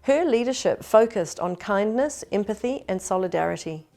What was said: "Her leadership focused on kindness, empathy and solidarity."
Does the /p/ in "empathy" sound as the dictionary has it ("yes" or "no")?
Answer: yes